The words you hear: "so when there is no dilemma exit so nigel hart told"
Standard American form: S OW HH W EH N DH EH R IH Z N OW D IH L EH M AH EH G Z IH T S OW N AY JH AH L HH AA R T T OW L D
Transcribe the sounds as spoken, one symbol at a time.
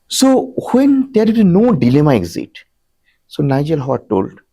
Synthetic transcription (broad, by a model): S OW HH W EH N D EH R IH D N OW D IH L EH M AH EH G Z IH T S OW N AY JH AH L HH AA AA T T OW L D